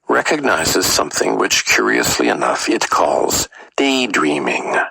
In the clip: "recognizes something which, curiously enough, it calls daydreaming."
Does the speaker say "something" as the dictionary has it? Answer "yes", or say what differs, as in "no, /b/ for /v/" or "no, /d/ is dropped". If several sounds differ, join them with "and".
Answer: yes